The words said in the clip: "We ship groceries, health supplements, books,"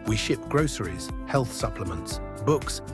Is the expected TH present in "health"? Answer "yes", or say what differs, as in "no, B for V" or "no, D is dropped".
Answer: yes